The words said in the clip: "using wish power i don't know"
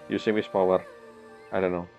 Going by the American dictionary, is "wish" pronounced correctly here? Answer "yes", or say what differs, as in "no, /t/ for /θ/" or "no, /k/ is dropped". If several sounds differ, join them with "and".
no, /s/ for /ʃ/